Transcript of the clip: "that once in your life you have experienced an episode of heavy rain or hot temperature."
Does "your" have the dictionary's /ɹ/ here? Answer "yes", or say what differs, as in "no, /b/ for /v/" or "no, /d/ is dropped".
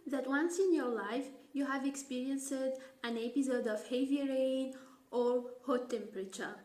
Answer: yes